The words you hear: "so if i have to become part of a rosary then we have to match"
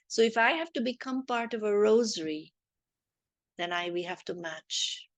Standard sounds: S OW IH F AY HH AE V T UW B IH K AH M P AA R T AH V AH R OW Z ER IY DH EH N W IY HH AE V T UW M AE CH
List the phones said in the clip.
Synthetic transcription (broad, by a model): S OW IH F AY HH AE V T UW B IH K AH M P AA R T AH V AH R OW Z ER IY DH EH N W IY HH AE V T UW M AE CH